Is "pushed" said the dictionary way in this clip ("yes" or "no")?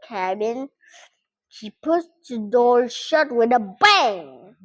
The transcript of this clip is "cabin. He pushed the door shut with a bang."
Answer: no